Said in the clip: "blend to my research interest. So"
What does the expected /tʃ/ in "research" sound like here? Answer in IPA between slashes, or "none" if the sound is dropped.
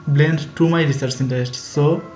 /s/